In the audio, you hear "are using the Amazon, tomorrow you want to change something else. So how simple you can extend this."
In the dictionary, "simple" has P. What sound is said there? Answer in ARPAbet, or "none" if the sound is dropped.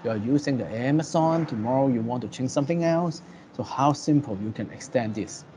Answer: P